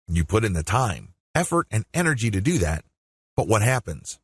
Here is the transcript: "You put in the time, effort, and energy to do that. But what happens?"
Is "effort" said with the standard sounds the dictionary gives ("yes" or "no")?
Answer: yes